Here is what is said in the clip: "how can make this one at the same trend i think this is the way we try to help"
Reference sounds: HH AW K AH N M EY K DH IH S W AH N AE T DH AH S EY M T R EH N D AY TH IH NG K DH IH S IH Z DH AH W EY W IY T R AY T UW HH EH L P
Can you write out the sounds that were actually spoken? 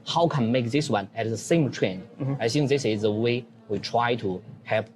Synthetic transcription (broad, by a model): HH AW K AH N M EY K DH IH S W AH N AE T DH AH S EY M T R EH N AY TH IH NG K DH IH S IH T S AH W EY W IY T R AY T UW HH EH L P